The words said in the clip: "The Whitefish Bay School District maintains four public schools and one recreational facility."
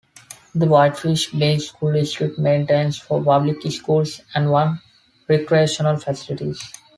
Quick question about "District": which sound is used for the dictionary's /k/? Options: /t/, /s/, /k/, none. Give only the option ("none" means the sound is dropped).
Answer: none